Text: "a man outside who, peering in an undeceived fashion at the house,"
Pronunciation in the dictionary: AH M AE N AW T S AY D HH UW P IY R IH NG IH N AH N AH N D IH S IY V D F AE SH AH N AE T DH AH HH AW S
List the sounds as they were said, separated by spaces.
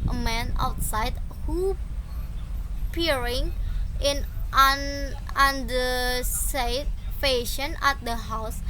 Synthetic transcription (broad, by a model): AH M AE N AW T S AY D HH UW P IY R IH NG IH N AH N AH N D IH S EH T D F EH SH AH N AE T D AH HH AW S